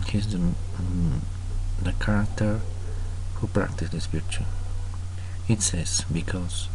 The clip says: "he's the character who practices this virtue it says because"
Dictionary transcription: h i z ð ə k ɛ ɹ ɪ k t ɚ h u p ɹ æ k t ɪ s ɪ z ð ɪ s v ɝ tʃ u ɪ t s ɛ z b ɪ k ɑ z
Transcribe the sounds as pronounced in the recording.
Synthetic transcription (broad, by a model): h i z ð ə k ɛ ɹ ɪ k t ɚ h u p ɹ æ k t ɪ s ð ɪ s f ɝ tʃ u ɪ t s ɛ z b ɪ k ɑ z